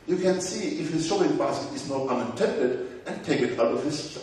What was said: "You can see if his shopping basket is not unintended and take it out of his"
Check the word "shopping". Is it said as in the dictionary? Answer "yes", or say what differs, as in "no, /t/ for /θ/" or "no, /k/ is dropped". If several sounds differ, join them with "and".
no, /p/ is dropped